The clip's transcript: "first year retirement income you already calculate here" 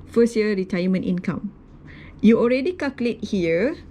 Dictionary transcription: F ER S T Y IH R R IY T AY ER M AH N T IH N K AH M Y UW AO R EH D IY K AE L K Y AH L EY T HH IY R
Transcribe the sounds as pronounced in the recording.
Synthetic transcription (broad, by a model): F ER S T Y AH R R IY T AY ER M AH N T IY N K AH M Y UW AO R EH D IY K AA K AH L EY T HH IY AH